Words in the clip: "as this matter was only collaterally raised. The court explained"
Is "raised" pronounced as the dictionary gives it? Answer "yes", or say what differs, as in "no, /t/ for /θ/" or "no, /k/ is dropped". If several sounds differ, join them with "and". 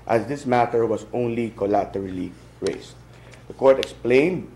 no, /s/ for /z/